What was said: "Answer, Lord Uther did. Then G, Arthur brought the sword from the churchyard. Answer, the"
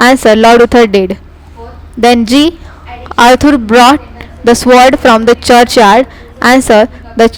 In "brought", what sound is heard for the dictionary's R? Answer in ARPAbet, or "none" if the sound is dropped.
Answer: R